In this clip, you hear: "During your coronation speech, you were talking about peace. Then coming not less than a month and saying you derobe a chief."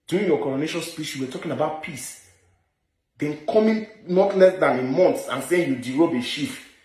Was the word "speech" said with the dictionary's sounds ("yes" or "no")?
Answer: no